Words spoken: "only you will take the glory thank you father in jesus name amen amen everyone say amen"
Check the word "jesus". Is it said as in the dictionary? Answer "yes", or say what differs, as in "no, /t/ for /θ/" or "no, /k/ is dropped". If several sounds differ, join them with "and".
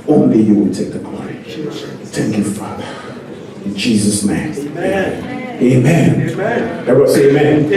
yes